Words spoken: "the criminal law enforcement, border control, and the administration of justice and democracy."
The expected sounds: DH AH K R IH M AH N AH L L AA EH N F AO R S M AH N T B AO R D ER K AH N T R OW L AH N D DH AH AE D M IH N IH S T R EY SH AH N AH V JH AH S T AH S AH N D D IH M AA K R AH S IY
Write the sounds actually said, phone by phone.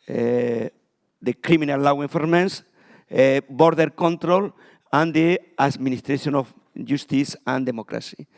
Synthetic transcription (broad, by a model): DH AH K R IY M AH N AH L L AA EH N F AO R M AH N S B AO R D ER K AH N T R OW L AH N D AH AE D M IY N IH S T R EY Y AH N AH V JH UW S T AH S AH N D D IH M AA K R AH S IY